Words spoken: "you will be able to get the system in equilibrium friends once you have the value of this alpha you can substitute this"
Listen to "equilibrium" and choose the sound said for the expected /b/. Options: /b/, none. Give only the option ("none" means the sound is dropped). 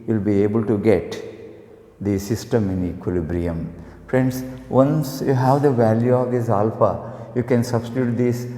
/b/